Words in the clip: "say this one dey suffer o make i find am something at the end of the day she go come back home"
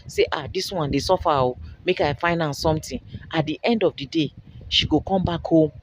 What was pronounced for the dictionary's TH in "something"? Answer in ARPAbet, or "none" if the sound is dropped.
T